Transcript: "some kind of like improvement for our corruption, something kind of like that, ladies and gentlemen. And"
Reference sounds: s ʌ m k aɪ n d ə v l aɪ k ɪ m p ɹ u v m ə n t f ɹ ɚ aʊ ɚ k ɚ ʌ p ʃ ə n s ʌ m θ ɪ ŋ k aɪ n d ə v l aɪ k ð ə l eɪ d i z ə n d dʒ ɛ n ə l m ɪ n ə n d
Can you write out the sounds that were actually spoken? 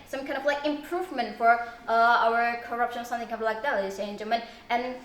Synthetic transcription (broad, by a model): s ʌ m k aɪ n d ə v l aɪ k ɪ m p ɹ u v m ə n t f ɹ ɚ aʊ ɚ k ɚ ʌ p ʃ ə n s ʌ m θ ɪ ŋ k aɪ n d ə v l aɪ k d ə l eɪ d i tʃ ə n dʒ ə m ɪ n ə n